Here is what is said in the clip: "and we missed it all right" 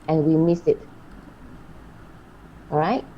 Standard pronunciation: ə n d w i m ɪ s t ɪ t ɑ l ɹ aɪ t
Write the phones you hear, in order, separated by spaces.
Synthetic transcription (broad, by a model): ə n w i m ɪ s ɪ t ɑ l ɹ aɪ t